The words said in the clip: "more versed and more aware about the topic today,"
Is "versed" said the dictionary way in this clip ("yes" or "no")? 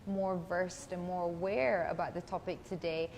yes